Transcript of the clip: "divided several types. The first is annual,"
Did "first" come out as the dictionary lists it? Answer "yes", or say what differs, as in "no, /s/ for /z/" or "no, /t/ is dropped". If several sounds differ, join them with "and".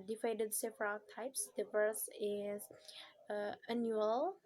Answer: no, /t/ is dropped